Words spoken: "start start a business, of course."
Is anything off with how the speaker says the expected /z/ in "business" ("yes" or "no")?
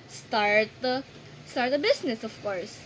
yes